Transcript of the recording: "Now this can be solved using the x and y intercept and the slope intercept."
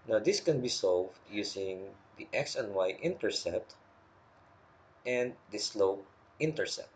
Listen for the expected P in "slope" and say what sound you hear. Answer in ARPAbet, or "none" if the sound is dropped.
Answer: none